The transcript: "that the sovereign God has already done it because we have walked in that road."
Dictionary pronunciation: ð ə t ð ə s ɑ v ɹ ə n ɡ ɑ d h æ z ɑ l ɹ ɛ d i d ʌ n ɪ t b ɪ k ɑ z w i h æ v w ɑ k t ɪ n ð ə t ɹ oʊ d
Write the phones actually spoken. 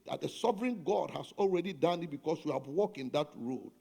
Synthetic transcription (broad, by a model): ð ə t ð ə s ɑ v ɹ ə n ɡ ɑ d h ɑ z ɑ l ɹ ɛ d i d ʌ n ɪ t b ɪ k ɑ s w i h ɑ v w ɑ k ɪ n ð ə t ɹ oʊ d